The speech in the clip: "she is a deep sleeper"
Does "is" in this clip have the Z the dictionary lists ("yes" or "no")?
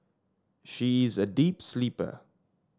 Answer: yes